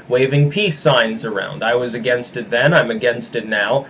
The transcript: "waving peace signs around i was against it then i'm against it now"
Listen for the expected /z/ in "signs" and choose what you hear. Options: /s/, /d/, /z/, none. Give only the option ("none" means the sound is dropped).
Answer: /z/